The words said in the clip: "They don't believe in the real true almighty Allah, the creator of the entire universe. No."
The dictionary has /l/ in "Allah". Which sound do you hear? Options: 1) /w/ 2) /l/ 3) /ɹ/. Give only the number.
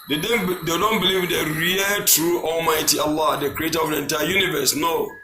2